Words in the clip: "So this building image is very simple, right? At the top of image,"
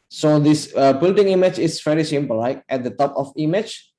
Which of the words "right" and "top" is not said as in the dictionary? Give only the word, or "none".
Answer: right